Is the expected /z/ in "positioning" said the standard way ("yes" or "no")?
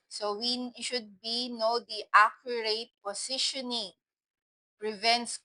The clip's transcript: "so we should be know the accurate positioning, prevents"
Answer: no